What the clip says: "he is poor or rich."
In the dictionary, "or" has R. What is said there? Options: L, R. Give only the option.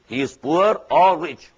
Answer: L